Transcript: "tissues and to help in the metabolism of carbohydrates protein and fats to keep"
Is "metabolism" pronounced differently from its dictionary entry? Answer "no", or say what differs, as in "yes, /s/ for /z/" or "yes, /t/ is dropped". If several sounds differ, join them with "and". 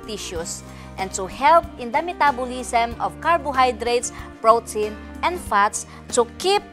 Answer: yes, /s/ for /z/